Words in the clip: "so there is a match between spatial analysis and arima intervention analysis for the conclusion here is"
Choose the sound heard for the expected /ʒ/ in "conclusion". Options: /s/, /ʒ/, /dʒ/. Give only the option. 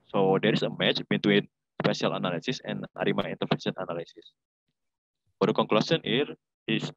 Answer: /s/